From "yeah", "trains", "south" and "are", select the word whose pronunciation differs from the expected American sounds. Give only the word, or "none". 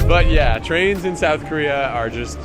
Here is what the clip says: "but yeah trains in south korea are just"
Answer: none